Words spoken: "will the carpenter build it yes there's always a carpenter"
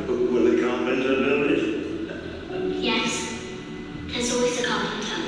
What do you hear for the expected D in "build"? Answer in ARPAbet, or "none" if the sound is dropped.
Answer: none